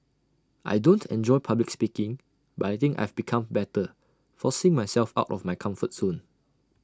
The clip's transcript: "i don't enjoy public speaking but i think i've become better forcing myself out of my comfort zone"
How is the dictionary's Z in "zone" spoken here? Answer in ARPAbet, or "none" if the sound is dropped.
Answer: S